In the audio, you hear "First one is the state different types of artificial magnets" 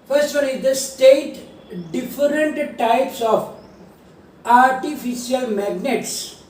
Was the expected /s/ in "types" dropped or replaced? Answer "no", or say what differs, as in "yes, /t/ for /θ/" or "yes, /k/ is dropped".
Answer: no